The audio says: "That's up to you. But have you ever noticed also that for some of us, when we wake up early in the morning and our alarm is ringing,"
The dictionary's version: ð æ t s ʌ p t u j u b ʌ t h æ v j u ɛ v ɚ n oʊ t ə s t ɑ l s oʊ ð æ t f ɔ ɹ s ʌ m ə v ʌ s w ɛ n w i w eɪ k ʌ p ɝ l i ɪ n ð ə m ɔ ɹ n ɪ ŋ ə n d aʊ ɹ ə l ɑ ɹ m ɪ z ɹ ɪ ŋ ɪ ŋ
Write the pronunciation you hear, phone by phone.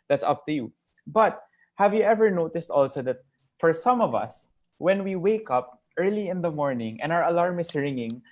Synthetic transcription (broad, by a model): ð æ t s ʌ p t u j u b ʌ t h æ v j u ɛ v ɚ n oʊ t ə s t ɑ l s oʊ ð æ t f ɔ ɹ s ʌ m ə v ʌ s w ɛ n w i w eɪ k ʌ p ɝ l i ɪ n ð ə m ɔ ɹ n ɪ ŋ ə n aʊ ɹ ə l ɑ ɹ m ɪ s ɹ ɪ ŋ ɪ ŋ